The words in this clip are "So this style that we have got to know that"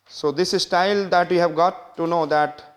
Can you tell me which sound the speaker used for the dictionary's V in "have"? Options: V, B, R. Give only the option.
V